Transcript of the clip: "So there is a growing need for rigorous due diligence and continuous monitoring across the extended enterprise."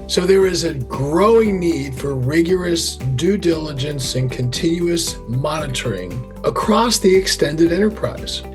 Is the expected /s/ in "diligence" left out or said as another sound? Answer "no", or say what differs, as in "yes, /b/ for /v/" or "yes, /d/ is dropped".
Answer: no